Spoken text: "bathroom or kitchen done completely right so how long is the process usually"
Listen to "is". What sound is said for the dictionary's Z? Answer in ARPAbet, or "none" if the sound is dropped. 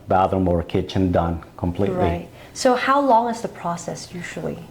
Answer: Z